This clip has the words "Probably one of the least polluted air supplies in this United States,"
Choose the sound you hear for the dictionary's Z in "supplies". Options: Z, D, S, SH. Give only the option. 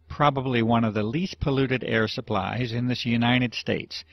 Z